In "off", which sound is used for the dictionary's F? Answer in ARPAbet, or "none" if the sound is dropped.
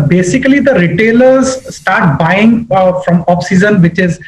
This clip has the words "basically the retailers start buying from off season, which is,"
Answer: P